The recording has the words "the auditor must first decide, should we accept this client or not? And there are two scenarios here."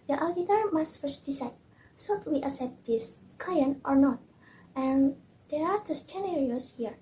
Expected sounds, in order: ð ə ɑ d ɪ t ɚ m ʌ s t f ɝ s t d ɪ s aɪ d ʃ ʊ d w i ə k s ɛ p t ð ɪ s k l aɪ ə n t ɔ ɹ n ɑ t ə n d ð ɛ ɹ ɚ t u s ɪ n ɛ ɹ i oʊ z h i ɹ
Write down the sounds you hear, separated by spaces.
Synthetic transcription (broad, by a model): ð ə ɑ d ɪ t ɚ m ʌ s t f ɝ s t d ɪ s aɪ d s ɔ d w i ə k s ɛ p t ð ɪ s k l aɪ ə n t ɔ ɹ n ɑ t ə n d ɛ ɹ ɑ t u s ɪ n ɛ ɹ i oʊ s h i ɹ